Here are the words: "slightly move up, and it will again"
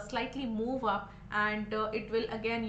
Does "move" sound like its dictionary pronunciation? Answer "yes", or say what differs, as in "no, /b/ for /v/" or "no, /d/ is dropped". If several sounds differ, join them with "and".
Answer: yes